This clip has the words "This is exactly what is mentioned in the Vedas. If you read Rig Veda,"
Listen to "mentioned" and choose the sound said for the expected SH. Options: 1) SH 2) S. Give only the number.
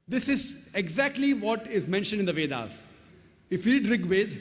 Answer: 1